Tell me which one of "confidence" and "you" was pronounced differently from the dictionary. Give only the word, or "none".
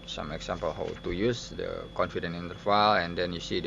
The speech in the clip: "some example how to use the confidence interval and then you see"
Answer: confidence